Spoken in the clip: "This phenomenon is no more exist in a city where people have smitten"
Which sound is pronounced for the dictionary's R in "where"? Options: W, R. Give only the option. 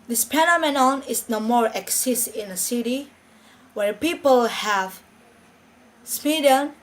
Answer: R